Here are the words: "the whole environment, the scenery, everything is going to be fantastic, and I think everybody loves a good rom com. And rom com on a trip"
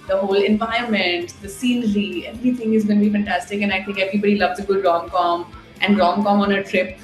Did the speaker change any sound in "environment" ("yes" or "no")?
yes